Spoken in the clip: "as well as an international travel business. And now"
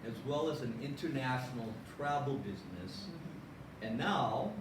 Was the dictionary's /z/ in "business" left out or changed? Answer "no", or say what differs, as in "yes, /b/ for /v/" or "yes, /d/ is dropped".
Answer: no